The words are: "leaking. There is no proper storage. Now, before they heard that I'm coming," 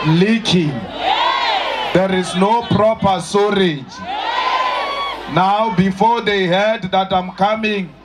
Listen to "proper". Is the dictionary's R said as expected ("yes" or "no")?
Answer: yes